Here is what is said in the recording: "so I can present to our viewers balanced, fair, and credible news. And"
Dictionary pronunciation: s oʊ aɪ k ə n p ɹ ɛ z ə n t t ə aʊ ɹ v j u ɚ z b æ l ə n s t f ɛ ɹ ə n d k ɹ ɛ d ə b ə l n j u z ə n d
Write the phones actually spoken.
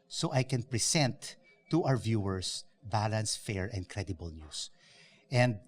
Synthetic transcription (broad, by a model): s oʊ aɪ k ə n p ɹ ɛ s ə n t t aʊ ɹ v j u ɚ s b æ l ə n s f ɛ ɹ ə n d k ɹ ɛ d ə b ə l n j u s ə n d